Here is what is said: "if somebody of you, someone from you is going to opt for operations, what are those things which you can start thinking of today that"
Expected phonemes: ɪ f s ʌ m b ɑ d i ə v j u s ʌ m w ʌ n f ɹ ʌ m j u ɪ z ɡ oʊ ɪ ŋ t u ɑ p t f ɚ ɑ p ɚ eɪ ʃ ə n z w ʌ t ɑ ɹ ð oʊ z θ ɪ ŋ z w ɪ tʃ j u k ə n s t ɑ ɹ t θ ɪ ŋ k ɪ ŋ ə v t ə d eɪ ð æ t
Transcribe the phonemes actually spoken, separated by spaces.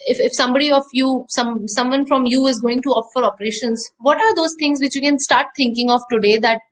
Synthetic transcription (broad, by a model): ɪ f s ʌ m b ɑ d i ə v j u s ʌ m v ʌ n f ɹ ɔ m j u ɪ z ɡ oʊ ɪ ŋ t u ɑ f ɚ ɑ p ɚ eɪ ʃ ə n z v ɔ t ɑ ɹ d oʊ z t ɪ ŋ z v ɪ tʃ j u k ə n s t ɑ ɹ t t ɪ ŋ k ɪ ŋ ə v t ə d eɪ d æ t